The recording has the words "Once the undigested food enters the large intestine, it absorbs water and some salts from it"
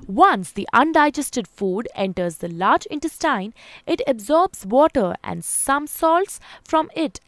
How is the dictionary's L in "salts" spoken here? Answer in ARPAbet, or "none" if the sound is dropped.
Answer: L